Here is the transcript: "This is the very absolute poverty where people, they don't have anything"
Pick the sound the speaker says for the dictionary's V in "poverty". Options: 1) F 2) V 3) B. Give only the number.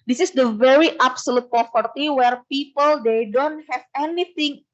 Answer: 1